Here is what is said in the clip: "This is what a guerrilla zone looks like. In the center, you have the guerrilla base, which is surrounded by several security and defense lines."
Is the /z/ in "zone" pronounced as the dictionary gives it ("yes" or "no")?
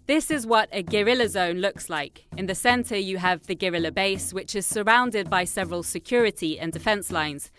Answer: yes